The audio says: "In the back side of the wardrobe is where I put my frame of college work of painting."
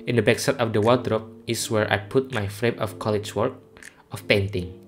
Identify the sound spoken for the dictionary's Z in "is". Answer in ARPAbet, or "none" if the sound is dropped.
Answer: S